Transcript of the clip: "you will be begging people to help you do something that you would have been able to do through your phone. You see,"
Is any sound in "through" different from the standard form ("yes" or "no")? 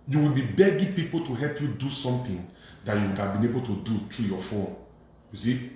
yes